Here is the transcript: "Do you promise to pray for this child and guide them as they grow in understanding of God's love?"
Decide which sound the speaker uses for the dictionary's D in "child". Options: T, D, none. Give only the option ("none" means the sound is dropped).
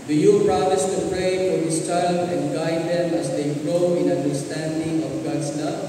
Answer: none